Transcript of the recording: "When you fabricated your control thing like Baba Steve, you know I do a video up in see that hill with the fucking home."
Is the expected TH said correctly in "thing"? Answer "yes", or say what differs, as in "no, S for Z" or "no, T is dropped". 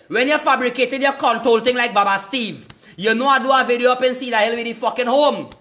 no, T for TH